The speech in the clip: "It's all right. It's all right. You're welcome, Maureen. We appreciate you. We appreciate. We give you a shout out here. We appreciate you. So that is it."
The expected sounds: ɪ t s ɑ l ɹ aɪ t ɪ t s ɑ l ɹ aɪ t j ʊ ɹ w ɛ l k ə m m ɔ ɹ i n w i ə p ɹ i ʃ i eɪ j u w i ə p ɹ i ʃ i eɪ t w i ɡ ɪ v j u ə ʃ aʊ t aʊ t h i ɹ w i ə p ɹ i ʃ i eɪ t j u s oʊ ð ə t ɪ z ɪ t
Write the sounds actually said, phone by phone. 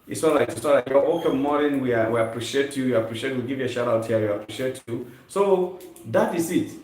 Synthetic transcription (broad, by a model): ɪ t s ɑ l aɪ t ɪ t s ɑ l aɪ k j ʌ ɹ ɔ k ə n m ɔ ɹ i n w i ə p ɹ i ʃ i eɪ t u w ə p ɹ i ʃ i eɪ t w i ɡ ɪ v j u ə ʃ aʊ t aʊ t h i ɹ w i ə p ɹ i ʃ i eɪ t j u s oʊ ð ə t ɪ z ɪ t